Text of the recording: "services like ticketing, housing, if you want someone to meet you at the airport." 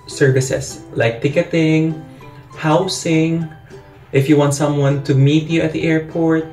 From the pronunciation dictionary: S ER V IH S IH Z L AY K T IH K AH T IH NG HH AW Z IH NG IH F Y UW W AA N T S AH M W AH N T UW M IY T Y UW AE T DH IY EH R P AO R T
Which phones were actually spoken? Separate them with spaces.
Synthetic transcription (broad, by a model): S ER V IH S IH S L AY K T IH K AH T IH NG HH AW S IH NG IH F Y UW W AA N T S AH M W AH N T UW M IY T Y UW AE T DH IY EH R P AO R T